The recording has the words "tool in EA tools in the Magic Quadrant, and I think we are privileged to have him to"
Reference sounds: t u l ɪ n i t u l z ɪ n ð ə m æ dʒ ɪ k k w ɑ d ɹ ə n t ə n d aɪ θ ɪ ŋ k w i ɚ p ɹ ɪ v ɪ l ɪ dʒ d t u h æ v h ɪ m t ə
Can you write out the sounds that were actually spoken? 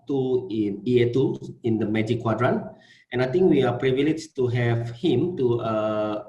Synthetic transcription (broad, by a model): t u ɪ n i t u ɪ n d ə m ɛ dʒ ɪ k k w ɑ d ɹ ə n t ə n aɪ t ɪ ŋ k w i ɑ p ɹ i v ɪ l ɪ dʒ t u h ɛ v h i m t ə